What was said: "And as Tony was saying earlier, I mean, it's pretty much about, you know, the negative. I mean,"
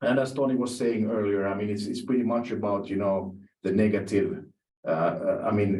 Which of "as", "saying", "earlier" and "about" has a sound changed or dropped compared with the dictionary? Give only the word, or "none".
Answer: as